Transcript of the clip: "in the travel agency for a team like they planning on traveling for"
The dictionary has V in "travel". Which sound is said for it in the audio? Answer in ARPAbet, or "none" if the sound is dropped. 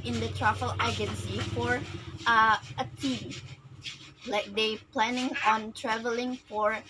F